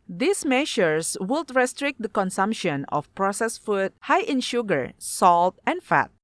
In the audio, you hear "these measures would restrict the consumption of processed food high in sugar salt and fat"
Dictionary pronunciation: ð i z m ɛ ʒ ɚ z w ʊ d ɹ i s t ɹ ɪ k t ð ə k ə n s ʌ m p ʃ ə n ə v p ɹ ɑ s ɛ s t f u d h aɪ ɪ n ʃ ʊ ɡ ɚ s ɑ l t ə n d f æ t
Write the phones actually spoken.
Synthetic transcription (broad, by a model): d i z m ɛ ʃ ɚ s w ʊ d ɹ i s t ɹ ɪ k t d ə k ə n s ʌ m p ʃ ə n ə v p ɹ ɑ s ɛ s f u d h aɪ ɪ n ʃ ʊ ɡ ɚ s ɑ l t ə n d f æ t